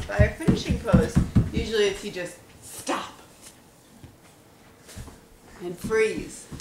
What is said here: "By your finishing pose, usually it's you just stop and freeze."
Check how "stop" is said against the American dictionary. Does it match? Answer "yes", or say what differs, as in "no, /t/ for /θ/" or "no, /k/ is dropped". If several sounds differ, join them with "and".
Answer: yes